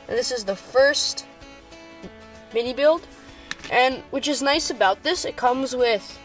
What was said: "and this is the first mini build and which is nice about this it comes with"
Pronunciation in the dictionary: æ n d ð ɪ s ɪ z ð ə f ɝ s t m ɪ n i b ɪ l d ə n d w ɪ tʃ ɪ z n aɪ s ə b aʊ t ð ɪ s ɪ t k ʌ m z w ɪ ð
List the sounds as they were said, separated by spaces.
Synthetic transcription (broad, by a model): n ð ɪ s ɪ z ð ə f ɝ s t m ɪ n i b ɪ l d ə n w ɪ tʃ ɪ z n aɪ s ə b aʊ t ð ɪ s ɪ t k ʌ m z w ɪ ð